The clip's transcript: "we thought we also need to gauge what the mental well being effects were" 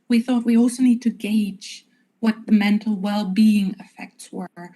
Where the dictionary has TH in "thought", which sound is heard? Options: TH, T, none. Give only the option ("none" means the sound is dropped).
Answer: TH